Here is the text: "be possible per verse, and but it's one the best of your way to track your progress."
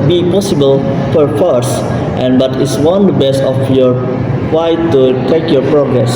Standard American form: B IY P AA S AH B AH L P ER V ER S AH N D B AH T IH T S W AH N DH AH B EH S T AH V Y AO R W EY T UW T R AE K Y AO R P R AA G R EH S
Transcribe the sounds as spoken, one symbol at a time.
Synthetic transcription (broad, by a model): B IY P AA S AH B AH L F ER F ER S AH N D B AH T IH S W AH N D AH B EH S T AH F Y AO R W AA T UW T EH K Y AO R P R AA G R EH S